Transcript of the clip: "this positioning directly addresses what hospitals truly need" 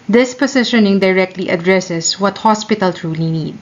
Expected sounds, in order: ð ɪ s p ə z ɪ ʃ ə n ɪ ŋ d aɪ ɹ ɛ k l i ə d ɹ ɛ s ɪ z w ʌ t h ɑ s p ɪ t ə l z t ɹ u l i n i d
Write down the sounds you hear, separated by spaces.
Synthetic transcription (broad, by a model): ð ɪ s p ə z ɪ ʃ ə n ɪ ŋ d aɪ ɹ ɛ k l i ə d ɹ ɛ s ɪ s w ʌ t h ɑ s p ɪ t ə l t ɹ u l i n i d